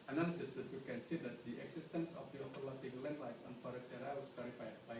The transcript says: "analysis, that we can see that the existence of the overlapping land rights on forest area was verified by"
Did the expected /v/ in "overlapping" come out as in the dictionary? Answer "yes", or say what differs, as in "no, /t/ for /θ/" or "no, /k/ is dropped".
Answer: no, /p/ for /v/